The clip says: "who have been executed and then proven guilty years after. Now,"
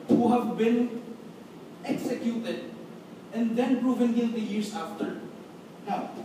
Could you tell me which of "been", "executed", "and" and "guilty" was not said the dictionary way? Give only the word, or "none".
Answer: guilty